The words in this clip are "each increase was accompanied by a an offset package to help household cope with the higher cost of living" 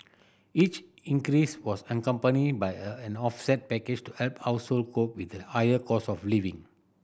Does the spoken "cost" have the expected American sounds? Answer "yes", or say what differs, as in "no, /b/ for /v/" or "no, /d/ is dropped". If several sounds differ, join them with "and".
no, /t/ is dropped